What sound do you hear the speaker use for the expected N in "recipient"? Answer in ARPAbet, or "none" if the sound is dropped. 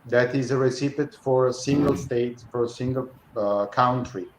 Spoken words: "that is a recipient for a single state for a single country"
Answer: none